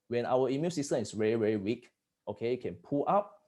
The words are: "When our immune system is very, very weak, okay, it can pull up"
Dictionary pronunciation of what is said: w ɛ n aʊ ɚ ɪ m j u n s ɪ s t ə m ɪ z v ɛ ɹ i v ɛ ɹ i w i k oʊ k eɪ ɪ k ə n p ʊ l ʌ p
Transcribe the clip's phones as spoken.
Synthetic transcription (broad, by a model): w ɛ n aʊ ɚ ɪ m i l s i s t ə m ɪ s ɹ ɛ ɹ i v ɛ ɹ i w i k oʊ k eɪ k ə n p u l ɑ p